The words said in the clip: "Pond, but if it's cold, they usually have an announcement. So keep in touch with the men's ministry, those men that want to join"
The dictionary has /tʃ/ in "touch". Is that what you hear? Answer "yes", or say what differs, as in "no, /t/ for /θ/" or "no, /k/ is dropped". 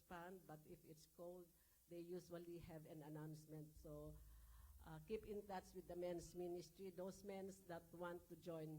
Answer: no, /s/ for /tʃ/